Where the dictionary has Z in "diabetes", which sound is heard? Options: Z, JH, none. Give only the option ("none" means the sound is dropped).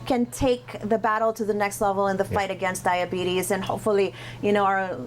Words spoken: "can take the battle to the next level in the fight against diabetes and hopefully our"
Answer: Z